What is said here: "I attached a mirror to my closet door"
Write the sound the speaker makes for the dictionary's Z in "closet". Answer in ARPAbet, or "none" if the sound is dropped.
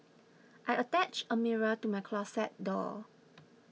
S